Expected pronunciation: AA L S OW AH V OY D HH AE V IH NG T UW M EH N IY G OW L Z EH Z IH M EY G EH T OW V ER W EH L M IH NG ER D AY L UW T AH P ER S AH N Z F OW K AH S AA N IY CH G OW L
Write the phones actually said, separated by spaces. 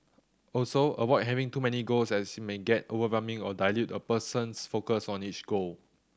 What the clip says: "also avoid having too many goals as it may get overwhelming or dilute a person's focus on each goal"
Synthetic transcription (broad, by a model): AA L S OW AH W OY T HH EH V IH NG T UW M EH N IY G OW L S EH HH IH M EY G EH T OW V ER W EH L M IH NG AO D AY L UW T AH P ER S AH N S F OW K AH S AA N IY CH G OW L